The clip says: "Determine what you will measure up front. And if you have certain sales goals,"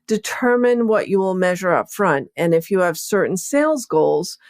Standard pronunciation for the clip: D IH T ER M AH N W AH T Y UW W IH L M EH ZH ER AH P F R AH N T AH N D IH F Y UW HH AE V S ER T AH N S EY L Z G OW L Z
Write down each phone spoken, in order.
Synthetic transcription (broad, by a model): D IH T ER M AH N W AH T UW W IH L M EH ZH ER AH P F R AH N T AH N IH F Y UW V S ER T N S EY L Z G OW L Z